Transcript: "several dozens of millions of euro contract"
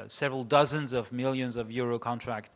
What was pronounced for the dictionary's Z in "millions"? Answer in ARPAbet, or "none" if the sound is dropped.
Z